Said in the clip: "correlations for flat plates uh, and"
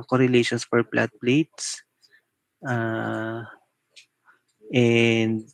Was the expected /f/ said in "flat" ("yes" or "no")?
no